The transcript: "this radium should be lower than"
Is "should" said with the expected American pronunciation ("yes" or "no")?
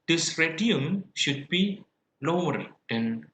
yes